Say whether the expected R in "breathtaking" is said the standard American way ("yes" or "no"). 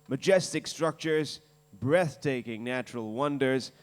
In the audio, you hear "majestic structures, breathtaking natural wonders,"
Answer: yes